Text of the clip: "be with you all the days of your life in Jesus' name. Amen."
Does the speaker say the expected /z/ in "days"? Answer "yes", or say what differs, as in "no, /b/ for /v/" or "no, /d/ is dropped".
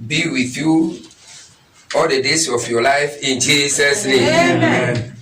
no, /s/ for /z/